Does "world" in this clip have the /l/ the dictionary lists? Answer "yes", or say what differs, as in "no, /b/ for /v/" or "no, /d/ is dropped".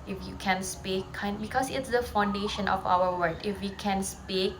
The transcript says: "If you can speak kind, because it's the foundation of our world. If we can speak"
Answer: no, /l/ is dropped